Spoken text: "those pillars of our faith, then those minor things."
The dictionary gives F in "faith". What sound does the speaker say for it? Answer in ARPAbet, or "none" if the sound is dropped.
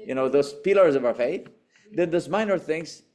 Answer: F